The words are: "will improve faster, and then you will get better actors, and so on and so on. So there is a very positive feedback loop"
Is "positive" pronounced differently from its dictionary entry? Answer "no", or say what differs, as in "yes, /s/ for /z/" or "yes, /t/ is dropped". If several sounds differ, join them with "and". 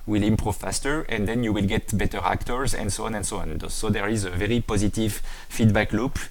no